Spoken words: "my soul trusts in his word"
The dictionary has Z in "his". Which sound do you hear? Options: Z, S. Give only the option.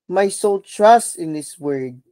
S